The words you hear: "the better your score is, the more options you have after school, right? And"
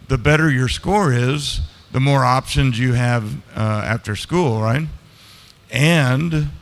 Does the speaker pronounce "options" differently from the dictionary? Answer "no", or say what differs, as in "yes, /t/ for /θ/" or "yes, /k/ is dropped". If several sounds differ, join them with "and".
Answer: no